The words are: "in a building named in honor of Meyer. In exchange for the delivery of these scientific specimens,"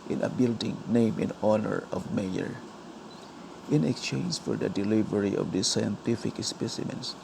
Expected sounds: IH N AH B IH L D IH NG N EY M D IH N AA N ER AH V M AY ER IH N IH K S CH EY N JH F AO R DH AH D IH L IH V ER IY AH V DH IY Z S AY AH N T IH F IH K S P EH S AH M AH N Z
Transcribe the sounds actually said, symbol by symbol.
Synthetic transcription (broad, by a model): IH N AH B IH L D IH NG N EY M IH N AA N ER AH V M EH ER IH N IH K S CH EY N JH F AO R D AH D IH L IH V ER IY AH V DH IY S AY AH N T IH F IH K S P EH S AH M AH N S